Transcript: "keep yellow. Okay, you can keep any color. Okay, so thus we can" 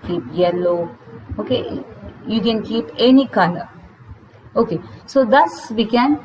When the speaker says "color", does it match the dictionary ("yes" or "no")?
no